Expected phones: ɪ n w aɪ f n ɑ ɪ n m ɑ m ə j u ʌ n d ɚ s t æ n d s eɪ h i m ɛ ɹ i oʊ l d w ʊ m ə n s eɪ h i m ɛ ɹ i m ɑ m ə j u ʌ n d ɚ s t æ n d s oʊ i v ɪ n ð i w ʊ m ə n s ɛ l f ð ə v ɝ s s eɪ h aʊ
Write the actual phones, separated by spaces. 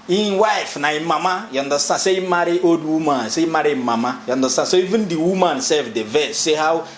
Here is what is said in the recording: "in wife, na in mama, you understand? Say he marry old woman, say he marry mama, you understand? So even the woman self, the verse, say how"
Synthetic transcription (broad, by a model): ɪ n w aɪ f n ɑ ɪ m ɑ m ə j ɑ n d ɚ s t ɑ s eɪ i m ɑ ɹ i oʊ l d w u m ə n s eɪ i m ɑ ɹ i m ɑ m ə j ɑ n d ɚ s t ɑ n s oʊ i v ɪ n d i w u m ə n s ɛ f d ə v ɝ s s eɪ h aʊ